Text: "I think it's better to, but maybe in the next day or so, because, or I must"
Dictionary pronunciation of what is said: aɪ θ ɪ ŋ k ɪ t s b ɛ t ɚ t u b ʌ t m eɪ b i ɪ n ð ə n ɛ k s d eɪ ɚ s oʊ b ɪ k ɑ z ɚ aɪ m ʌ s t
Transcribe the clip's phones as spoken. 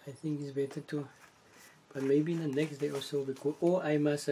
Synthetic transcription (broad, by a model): aɪ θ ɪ ŋ k ɪ t s b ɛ t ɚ t u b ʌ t m eɪ b i ɪ n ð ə n ɛ k s d eɪ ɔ s oʊ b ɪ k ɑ ɔ aɪ m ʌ s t